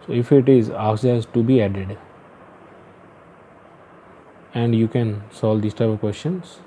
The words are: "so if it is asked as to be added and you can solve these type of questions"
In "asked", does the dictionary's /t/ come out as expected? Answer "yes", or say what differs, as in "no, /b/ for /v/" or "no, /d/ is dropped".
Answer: no, /t/ is dropped